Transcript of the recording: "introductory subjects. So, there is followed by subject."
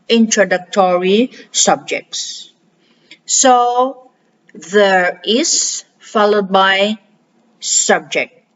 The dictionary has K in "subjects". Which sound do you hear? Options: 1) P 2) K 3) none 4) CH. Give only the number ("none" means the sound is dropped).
2